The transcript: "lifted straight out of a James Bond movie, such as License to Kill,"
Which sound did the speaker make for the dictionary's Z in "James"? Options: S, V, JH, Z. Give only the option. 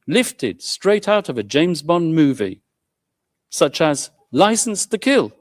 Z